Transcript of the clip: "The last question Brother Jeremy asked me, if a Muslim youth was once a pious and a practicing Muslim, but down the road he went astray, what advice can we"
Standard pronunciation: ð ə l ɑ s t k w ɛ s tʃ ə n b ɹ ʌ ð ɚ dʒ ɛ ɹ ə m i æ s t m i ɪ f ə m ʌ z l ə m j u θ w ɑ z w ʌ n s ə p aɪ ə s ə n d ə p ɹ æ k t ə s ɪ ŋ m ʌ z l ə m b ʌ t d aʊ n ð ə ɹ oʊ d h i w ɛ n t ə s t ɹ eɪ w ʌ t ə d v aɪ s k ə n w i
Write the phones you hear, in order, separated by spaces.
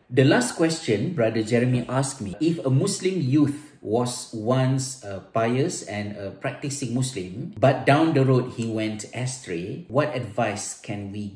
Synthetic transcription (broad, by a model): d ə l ɑ s t k w ɛ s tʃ ə n b ɹ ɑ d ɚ dʒ ɛ ɹ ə m i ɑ s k m i ɪ f ə m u s l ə m j u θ w ɑ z w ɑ n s ə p aɪ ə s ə n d ə p ɹ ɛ k t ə s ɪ ŋ m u s l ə m b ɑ t d aʊ n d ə ɹ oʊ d h i w ɛ n t ə s t ɹ eɪ w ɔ t ə d v aɪ s k ə n w i